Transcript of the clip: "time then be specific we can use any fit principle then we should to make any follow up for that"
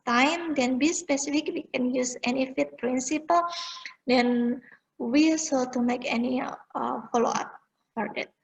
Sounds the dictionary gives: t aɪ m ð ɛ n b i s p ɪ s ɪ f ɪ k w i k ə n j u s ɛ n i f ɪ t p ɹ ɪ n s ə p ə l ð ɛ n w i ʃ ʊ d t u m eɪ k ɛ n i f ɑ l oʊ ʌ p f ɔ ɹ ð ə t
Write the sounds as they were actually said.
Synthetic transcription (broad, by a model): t aɪ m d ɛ n b i s p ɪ s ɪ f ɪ k w i k ə n j u s ɛ n i f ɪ t p ɹ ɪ n s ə p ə l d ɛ n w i s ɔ t u m eɪ k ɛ n i f ɑ l oʊ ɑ p f ɔ ɹ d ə t